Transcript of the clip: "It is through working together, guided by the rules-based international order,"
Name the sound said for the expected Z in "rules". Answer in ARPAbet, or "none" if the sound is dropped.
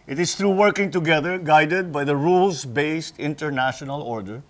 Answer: S